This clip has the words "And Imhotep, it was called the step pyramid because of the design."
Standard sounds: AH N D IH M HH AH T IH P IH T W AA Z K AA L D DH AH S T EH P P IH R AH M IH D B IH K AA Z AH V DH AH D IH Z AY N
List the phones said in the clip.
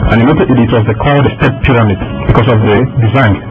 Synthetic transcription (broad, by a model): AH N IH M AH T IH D IH T W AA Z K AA D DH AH S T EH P P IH R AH M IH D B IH K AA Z AH V DH AH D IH Z AY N